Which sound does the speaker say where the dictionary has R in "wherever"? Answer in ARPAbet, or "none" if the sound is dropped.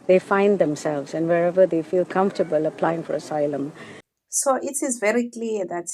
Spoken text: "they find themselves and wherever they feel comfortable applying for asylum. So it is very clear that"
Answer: R